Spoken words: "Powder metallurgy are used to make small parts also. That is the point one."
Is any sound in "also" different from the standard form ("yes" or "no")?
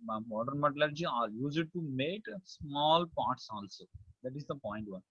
no